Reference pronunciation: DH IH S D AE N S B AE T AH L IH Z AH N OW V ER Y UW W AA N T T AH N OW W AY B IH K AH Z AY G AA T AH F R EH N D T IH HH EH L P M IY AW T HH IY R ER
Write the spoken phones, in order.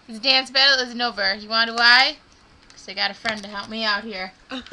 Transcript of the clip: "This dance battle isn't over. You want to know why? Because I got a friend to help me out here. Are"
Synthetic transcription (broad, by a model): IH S D AE N S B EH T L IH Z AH N OW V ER Y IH W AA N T T AH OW W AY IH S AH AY G AA T AH F R EH N D T IH HH EH L P M IY AW T HH IY R